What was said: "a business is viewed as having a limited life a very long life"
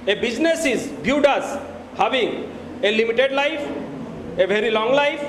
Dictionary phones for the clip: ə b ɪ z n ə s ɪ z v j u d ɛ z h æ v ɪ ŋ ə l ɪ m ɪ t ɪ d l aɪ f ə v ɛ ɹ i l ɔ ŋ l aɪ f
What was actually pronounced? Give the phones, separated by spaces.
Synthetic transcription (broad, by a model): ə b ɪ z n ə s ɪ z b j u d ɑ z h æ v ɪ ŋ ə l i m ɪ t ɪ d l aɪ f ə v ɛ ɹ i l ɔ ŋ l aɪ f